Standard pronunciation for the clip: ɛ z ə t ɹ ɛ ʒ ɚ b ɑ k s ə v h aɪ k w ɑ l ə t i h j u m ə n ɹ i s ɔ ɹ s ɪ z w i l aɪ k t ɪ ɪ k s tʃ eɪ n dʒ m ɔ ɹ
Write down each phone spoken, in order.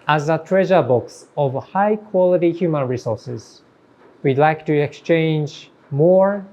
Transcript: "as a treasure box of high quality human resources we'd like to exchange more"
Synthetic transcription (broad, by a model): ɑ z ə t ɹ ɛ ʒ ɚ b ɑ k s ə v h aɪ k w ɑ l ə t i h j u m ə n ɹ i s ɔ ɹ s ɪ z w i l aɪ k t ɪ ɪ k s tʃ eɪ n dʒ m ɔ ɹ